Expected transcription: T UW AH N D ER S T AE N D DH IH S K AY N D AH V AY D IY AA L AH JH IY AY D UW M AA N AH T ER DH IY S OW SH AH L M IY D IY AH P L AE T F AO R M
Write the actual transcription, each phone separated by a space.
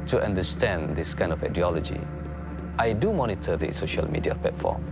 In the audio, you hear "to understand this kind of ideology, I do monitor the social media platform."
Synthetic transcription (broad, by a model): T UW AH N D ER S T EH N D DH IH S K AY N D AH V AY D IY AA L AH JH IY AY D UW M AA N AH T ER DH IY S OW SH AH L M IY D IY AH P L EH T F AO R M